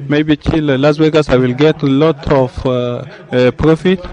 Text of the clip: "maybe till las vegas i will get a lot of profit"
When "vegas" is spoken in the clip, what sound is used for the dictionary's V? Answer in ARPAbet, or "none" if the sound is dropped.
W